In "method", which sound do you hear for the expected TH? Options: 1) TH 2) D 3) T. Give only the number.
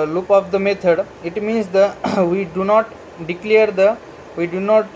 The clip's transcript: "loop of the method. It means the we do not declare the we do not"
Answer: 3